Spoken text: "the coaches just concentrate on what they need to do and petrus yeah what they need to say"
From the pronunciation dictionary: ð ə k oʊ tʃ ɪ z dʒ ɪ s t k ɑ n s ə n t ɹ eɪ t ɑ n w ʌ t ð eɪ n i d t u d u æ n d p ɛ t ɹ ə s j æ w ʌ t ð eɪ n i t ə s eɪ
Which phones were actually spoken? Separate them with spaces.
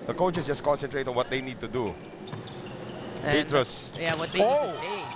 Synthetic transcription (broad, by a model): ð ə k oʊ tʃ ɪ s dʒ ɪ s k ɑ n s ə n t ɹ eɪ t ɑ n w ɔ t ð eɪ n i d t u d u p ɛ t ɹ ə s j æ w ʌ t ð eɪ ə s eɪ